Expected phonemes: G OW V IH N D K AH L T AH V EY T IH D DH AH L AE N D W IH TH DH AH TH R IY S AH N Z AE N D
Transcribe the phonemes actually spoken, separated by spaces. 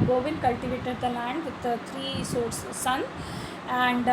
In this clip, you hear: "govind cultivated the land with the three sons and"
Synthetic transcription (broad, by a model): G OW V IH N K AH L T AH V EY T IH D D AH L AE N D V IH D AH T R IY S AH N AE N D